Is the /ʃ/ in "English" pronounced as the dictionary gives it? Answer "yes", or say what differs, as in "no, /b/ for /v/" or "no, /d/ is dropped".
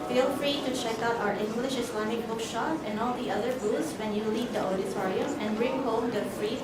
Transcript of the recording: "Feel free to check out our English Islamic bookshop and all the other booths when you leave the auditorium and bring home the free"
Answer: yes